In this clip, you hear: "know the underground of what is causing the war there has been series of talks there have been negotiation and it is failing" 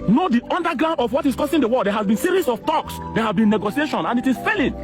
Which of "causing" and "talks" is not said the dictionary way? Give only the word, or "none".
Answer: causing